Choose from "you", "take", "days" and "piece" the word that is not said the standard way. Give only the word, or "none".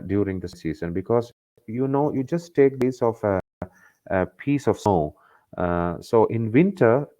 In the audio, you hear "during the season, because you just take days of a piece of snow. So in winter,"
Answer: days